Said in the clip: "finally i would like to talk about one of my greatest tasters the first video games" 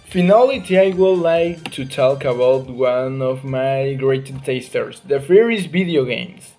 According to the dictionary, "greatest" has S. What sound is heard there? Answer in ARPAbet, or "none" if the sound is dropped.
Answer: none